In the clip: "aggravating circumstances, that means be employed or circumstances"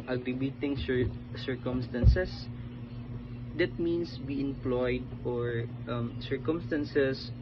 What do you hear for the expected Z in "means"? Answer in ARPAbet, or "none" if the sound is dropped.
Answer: S